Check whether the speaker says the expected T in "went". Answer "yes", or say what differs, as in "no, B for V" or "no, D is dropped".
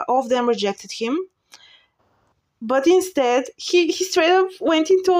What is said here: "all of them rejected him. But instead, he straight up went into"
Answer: yes